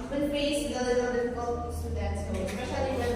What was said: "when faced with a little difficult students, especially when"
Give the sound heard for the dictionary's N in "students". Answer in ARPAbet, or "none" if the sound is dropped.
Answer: none